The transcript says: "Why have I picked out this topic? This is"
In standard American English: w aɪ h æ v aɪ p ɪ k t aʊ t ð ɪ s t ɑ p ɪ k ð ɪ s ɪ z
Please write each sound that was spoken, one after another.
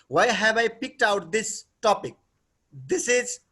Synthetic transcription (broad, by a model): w aɪ h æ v aɪ p ɪ k t aʊ t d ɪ s t ɑ p ɪ k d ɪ s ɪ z